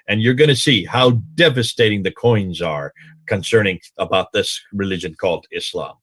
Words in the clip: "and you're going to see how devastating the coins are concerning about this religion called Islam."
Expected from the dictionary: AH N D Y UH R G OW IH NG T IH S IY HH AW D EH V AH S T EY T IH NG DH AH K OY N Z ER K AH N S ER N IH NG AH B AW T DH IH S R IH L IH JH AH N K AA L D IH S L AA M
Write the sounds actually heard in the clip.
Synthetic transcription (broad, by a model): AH N Y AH R G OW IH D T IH S IY HH AW D EH V AH S T EY T IH NG DH AH K OY N Z ER K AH N S ER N IH NG AH B AW T DH IH S R IH L IH JH AH N K AA L D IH S L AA M